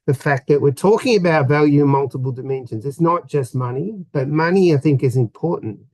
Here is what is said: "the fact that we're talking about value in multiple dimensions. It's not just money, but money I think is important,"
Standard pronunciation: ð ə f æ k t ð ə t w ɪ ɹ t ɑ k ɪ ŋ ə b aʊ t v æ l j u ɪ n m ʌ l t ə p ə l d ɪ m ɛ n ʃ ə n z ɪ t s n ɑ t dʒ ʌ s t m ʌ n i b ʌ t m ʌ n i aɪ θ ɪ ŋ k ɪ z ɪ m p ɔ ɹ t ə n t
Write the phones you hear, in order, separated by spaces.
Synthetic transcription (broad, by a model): ð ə f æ k ð ə t w ɪ ɹ t ɑ k ɪ ŋ ə b aʊ t v æ l j u ɪ n m ʌ l t ə p ə l d ɪ m ɛ n ʃ ə n z ɪ t s n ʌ t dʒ ʌ s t m ʌ n i b ʌ t m ʌ n i aɪ θ ɪ ŋ k ɪ z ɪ m p ɔ ɹ t n t